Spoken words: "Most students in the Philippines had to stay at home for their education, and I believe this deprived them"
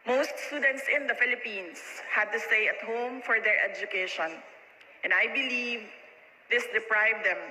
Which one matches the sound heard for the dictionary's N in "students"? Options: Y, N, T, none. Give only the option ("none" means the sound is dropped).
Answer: N